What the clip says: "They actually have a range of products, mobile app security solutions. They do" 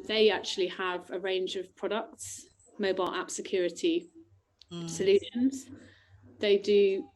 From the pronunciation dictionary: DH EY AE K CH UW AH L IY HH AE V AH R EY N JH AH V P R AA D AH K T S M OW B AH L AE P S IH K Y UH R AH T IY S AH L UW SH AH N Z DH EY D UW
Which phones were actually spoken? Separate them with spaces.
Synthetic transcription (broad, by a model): DH EY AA K CH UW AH L IY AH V AH R EY N JH AH V P R AA D AH K T S M OW B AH L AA P S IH K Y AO R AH T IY S AH L UW SH AH N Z DH EY D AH